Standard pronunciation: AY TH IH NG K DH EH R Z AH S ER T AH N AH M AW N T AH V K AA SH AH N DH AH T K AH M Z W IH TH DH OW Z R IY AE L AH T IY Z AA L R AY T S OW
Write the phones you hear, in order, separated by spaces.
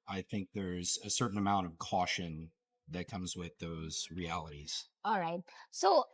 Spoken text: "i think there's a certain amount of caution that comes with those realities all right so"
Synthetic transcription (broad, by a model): AY TH IH NG K DH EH R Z AH S ER T N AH M AW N T AH V K AA SH AH N DH AH T K AH M Z W IH DH OW Z R IY AE L AH T IY Z AA L R AY T S OW